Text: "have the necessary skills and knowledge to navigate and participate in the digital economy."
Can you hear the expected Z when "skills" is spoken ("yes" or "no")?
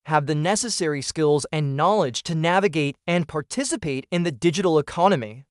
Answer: yes